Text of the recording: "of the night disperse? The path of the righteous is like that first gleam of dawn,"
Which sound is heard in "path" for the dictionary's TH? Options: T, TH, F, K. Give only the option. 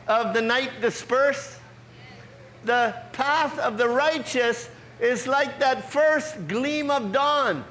TH